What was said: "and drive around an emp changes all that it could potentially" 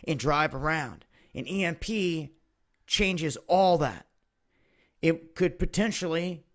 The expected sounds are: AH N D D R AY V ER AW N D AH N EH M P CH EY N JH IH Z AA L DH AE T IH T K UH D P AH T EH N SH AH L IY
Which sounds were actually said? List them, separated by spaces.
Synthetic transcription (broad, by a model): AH N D D R AY V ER AW N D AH N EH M P CH EY N JH IH Z AA L DH AE T IH T K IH D P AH T EH N SH L IY